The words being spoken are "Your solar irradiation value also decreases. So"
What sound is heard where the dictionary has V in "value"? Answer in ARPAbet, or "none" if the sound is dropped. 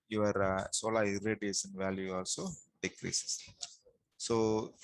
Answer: V